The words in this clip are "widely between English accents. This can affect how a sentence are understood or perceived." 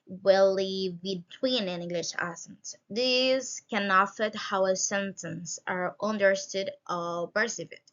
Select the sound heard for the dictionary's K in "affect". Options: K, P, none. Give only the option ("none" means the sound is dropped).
none